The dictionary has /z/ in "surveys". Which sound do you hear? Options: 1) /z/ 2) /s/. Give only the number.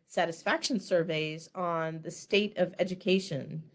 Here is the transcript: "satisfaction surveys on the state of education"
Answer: 1